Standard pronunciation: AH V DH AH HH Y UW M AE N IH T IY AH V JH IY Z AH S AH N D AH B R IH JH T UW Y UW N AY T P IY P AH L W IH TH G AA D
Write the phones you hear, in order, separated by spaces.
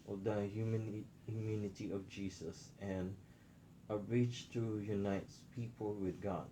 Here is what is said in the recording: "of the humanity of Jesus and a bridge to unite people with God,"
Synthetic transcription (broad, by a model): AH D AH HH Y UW M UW N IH T IY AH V JH IY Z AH S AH N AH B R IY CH T UW Y UW N AY T P IY P AH L W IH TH G AA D